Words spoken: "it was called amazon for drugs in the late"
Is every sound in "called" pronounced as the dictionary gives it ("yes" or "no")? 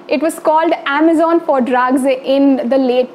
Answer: yes